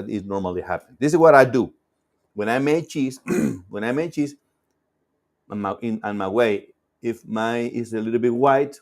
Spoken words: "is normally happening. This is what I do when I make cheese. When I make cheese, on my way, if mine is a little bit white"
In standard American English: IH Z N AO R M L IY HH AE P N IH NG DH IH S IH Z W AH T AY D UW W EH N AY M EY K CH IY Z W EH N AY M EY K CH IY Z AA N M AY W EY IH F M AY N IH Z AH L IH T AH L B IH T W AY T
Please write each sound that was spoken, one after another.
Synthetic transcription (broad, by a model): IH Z N AO R M L IY HH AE P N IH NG DH IH S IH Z W AH T AY D UW W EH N AY M EY CH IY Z W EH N AY M EY CH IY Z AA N M AY W EY IH F M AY IH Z AH L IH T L B IH T W AY T